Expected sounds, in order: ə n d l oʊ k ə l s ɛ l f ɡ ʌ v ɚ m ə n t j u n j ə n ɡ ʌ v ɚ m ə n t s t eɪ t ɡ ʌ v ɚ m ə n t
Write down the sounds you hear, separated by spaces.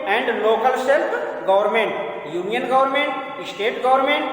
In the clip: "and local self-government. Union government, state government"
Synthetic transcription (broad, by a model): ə n d l oʊ k ə l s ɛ l p ɡ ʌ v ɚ m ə n t j u n j ə n ɡ ʌ v ɚ m ə n t s t eɪ t ɡ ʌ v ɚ m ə n t